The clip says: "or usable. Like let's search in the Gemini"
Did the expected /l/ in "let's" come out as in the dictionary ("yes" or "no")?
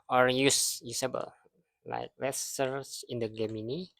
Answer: no